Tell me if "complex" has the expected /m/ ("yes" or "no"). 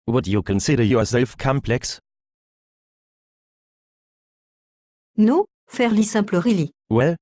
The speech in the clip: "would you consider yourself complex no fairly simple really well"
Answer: yes